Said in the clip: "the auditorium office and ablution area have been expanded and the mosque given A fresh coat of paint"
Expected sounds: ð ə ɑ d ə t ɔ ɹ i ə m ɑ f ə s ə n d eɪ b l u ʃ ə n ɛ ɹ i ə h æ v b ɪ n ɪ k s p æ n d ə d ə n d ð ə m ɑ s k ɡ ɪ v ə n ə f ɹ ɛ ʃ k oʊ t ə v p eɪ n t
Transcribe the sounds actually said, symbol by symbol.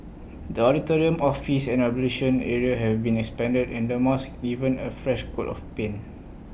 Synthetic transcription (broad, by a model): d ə ɑ d ə t ɔ ɹ i ə m ɑ f ə s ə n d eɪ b l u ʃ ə n ɛ ɹ i ə h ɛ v b ɪ n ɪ k s p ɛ n d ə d ə n d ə m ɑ s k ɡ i v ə n ə f ɹ ɛ ʃ k oʊ t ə f p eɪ n